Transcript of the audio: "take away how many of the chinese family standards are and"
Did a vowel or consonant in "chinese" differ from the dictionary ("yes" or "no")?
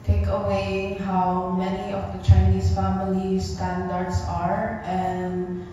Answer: yes